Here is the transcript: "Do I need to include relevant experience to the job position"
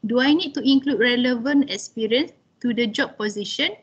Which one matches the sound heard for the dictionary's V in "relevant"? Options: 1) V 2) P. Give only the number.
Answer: 1